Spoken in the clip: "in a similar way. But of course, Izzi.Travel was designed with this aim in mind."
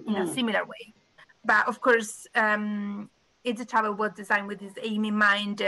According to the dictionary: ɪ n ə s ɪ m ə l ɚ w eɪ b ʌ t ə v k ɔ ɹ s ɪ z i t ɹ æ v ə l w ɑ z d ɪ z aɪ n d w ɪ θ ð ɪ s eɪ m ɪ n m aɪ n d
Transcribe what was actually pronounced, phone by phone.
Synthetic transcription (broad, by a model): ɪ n ə s ɪ m ə l ɚ w eɪ b ʌ t ə v k ɔ ɹ s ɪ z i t ɑ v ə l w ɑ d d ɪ z aɪ n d w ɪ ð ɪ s eɪ m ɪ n m aɪ n d